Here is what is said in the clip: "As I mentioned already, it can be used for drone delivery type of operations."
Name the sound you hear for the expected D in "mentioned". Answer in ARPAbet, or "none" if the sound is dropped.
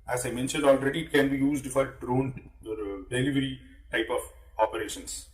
D